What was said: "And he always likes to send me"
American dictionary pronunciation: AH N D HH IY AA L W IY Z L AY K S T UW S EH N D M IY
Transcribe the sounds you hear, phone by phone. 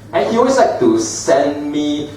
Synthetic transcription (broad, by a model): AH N HH IY W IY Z L AY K T UW S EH N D M IY